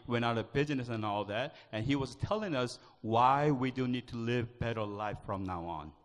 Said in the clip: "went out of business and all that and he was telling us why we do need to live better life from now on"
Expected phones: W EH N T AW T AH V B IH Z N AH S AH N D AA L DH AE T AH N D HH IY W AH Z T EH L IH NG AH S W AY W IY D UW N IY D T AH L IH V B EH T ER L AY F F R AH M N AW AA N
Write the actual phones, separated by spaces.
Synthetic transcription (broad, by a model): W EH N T AW T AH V B IH Z N AH S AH N AA L DH AE T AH N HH IY W AH Z T EH L IH NG AH S W AY W IY D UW N IY D T AH L IH V B EH T ER L AY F F R AH M N AW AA N